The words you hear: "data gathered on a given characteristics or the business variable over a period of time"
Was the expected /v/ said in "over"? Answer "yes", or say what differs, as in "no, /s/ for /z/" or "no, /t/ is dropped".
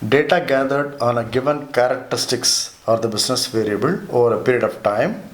yes